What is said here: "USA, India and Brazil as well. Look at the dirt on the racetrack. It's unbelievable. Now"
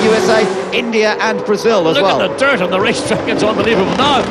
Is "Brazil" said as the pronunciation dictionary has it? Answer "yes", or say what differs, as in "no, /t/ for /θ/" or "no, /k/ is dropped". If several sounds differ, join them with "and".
yes